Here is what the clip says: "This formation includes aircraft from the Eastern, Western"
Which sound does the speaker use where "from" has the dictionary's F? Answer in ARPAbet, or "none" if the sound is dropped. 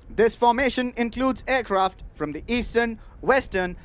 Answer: F